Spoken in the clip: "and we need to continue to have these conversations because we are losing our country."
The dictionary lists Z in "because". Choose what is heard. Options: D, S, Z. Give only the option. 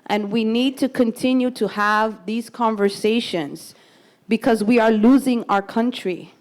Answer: Z